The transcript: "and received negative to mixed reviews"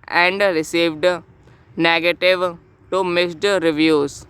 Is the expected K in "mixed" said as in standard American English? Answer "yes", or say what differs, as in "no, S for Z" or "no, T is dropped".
no, K is dropped